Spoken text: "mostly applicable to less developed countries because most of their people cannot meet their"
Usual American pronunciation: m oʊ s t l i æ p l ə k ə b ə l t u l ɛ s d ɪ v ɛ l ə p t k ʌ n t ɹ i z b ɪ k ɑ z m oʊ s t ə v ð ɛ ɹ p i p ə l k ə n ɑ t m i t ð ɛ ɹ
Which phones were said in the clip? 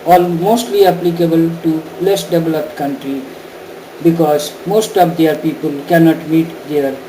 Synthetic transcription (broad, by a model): m oʊ s t l i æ p l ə k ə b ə l t u l ɛ s d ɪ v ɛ l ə p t k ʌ n t ɹ i b ɪ k ɑ z m oʊ s t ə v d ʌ ɹ p i p ə l k ə n ɑ t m i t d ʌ ɹ